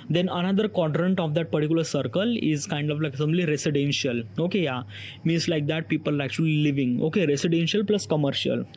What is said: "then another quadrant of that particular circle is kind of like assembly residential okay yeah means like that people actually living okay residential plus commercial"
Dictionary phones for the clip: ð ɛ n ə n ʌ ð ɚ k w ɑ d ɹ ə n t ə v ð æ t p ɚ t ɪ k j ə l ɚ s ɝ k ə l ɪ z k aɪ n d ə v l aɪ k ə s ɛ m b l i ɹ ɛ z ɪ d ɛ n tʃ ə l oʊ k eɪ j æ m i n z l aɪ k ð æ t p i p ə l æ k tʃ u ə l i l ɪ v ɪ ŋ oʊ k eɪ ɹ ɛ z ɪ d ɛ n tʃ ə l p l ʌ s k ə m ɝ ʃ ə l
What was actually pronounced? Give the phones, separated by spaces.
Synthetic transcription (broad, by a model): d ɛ n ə n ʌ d ɚ k w ɑ d ɹ ə n t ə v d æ t p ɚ t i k j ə l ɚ s ɝ k ə l ɪ z k aɪ n d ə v l aɪ k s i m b l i ɹ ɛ s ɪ d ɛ n ʃ ə l oʊ k eɪ j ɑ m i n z l aɪ k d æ t p i p ə l æ k tʃ u ə l i l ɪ v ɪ ŋ oʊ k eɪ ɹ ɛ s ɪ d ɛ n ʃ ə l p l ʌ s k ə m ɝ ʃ ə l